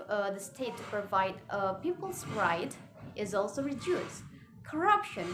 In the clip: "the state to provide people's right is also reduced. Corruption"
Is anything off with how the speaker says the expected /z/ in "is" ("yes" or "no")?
no